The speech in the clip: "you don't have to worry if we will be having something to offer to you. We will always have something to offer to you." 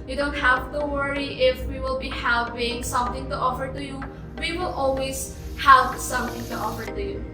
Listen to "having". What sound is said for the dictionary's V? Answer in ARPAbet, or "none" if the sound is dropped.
P